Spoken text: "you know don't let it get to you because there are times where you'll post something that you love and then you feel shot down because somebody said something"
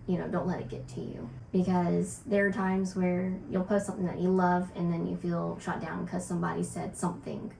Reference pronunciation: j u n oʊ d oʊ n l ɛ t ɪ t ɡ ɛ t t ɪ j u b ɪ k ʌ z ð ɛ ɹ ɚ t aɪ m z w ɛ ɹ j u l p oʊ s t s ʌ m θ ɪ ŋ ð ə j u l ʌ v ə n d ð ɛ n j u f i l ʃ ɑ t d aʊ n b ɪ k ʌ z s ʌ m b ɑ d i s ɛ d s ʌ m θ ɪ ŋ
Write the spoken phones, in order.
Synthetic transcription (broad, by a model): j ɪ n oʊ d oʊ n l ɛ t ɪ t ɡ ɛ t t ɪ j u b ɪ k ʌ z ð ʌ ɹ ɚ t aɪ m z w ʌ ɹ j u l p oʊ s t s ʌ m θ ɪ ŋ ð ə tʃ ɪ l ʌ v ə n ð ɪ n j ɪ f i l ʃ ɑ t d aʊ n k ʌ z s ʌ m b ɑ d i s ɛ d s ʌ m θ ɪ ŋ